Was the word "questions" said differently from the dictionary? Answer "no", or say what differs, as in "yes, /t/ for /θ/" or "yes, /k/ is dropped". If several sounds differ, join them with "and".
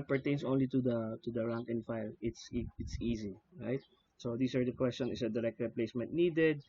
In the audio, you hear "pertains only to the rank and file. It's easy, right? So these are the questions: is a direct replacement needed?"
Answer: yes, /z/ is dropped